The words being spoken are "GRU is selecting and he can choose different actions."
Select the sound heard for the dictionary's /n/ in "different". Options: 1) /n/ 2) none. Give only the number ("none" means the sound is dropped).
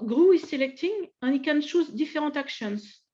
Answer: 2